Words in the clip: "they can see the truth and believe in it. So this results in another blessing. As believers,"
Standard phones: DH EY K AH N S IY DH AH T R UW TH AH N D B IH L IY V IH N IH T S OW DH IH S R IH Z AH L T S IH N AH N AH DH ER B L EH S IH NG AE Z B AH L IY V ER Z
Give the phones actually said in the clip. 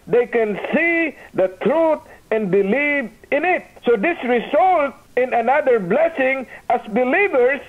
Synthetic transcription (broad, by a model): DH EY K AH N S IY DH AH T R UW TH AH N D B IH L IY V IH N IH T S OW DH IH S R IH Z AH L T IH N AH N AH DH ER B L EH S IH NG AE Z B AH L IY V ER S